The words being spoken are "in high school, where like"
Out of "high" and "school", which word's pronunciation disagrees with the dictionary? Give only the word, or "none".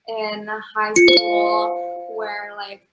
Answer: school